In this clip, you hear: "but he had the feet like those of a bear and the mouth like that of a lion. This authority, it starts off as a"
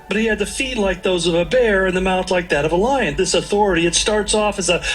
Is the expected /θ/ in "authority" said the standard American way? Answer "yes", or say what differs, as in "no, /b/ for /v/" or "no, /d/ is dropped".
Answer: yes